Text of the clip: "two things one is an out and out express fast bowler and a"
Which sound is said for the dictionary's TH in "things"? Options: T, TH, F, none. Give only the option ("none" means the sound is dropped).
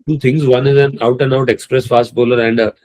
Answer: T